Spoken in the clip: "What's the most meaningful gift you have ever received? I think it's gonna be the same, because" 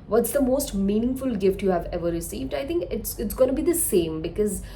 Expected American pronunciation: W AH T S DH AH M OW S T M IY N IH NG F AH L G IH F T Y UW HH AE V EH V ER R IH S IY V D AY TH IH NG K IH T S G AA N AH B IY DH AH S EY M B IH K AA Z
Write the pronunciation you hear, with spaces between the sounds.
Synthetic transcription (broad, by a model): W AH T S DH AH M OW S T M IY N IH NG F AH L G IH F T Y UW HH AE V EH V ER R IH S IY V D AY T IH NG K IH T S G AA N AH B IY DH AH S EY M B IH K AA Z